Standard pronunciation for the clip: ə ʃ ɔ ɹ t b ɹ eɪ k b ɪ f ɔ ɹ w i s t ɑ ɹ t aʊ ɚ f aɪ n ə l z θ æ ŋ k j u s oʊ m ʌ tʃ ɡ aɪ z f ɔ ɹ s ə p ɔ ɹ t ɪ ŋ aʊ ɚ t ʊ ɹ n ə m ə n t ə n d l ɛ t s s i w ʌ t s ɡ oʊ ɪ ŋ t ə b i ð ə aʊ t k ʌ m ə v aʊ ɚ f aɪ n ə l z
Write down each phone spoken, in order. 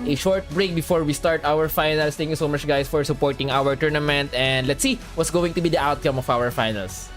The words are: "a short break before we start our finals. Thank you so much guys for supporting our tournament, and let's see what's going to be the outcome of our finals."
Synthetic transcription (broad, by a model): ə ʃ ɔ ɹ t b ɹ eɪ k b ɪ f ɔ ɹ w i s t ɑ ɹ t aʊ ɚ f aɪ n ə l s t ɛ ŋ k j u s oʊ m ʌ tʃ ɡ aɪ s f ɔ ɹ s ə p ɔ ɹ t ɪ ŋ aʊ ɚ t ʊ ɹ n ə m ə n t ə n d l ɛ t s s i w ʌ t s ɡ oʊ ɪ ŋ t ə b i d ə aʊ t k ʌ m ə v aʊ ɚ f aɪ n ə l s